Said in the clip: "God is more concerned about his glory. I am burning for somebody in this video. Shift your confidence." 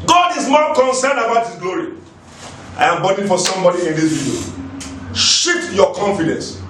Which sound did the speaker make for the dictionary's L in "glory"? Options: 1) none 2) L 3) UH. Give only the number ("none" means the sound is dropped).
2